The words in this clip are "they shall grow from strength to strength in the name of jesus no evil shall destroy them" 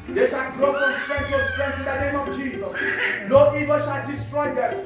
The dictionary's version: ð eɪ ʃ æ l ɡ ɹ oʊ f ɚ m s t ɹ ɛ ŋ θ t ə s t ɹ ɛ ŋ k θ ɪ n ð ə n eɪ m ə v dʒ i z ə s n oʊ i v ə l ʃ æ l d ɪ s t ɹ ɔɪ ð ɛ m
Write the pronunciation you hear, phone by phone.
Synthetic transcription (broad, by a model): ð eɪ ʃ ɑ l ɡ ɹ oʊ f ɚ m s t ɹ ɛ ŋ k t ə s t ɹ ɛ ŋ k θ ɪ n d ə n eɪ m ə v dʒ i z ə s l oʊ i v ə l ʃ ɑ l d ɪ s t ɹ ɔɪ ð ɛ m